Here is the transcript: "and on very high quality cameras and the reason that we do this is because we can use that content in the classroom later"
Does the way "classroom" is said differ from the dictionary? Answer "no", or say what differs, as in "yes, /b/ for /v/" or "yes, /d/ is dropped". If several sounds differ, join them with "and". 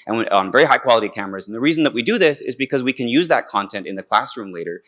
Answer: no